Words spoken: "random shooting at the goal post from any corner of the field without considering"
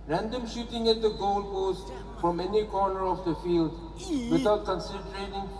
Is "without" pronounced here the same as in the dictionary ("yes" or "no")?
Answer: no